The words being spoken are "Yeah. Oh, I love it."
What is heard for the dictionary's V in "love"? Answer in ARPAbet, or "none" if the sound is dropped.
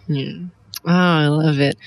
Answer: V